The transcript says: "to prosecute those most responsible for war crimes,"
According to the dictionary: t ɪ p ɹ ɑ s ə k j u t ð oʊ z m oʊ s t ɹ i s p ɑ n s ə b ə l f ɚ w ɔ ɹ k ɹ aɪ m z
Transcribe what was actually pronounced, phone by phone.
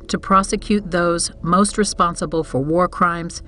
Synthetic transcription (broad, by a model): t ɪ p ɹ ɑ s ə k j u t ð oʊ z m oʊ s t ɹ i s p ɑ n s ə b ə l f ɚ w ɔ ɹ k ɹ aɪ m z